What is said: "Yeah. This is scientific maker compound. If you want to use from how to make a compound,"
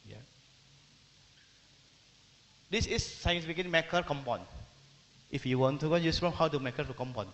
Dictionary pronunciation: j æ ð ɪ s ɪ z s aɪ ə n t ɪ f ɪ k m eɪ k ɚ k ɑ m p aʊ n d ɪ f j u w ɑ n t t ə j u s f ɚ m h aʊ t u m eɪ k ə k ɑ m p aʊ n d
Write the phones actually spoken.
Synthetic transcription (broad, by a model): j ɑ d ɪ s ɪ s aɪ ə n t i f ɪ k m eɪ k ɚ k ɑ m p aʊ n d ɪ f j u w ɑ n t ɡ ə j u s p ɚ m h aʊ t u m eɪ k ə k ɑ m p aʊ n